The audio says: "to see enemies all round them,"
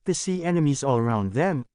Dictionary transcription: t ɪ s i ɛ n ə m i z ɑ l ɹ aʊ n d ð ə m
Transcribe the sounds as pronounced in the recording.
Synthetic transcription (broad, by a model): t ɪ s i ɛ n ə m i z ɑ l ɹ aʊ n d ð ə m